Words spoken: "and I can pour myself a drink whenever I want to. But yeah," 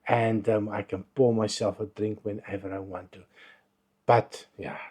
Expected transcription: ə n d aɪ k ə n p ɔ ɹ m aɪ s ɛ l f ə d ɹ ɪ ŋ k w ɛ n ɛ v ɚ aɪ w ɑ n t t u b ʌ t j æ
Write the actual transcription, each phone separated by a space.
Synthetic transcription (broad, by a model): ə n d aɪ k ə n b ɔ m aɪ s ɛ l f ə d ɹ ɪ ŋ k w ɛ n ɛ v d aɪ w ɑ n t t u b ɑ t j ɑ